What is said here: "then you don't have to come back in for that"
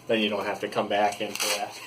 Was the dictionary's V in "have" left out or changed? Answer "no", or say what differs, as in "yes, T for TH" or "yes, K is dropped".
yes, F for V